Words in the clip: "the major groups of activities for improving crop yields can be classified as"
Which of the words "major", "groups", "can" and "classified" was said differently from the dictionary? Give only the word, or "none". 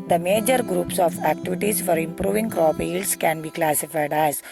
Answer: none